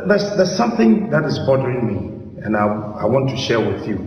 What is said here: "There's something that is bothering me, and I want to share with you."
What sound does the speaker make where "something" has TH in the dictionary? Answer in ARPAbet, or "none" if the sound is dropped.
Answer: TH